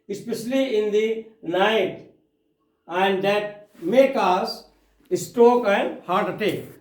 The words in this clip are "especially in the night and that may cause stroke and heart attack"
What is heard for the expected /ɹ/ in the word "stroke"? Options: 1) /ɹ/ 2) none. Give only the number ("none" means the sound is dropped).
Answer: 2